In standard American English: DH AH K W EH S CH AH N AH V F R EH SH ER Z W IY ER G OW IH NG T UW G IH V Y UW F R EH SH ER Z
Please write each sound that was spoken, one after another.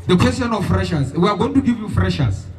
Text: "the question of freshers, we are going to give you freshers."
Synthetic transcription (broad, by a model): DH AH K W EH S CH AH N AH F F R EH SH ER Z W IY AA G OW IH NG T UW G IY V Y UW F R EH SH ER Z